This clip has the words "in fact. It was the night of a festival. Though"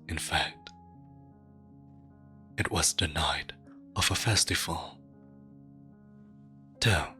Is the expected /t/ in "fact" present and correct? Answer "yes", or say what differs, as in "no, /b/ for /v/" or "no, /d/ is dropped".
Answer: yes